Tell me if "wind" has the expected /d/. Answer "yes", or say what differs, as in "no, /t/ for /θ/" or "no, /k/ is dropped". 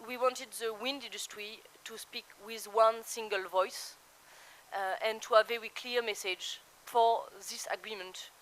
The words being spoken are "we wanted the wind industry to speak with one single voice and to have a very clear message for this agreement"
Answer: yes